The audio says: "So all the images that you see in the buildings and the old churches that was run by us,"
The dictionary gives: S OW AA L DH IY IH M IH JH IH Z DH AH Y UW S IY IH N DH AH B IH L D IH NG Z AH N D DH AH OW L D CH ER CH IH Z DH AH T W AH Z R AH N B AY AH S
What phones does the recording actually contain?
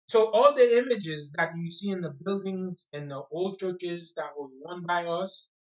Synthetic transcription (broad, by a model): S OW AA L DH IY IH M IH JH IH Z DH AH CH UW S IY IH N DH AH B IH L D IH NG Z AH N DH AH OW L D CH ER CH IH Z DH AH T W AH Z W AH N B AY AH S